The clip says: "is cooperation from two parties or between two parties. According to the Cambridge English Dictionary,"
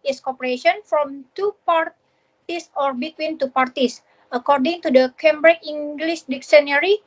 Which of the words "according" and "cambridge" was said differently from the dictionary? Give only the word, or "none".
cambridge